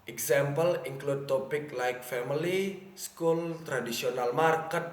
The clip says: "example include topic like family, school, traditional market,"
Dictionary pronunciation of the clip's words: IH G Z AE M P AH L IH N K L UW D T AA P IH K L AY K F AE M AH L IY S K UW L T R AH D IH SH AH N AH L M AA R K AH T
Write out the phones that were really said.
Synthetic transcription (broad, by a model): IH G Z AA M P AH L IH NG K L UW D T AA P IH K L AY K F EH M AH L IY S K UW L T R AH D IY S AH N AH L M AA R K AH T